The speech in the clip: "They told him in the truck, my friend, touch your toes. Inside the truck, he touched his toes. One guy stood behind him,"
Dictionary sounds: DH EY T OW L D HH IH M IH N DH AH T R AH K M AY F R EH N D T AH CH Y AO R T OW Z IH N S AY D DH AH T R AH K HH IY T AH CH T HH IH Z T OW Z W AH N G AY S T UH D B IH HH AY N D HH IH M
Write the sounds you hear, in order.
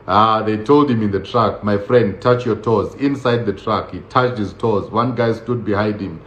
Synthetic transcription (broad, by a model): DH EY T OW L D HH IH M IH N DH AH T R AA K M AY F R EH N D T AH CH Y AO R T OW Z IH N S AY D DH AH T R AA K HH IY T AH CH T HH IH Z T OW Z W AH N G AY S T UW D B IH HH AY N D HH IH M